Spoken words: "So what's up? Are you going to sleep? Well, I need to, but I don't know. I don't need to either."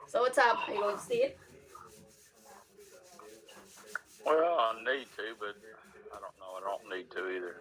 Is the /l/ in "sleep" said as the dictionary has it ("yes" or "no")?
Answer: no